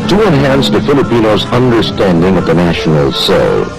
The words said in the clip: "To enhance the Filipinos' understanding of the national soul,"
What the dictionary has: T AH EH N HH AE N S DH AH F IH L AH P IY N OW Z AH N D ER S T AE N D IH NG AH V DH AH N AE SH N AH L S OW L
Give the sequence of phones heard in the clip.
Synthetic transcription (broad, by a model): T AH EH N HH AE N S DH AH F IH L AH P IY N OW Z AH N D ER S T AE N D IH NG AH V DH AH N AE SH N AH L S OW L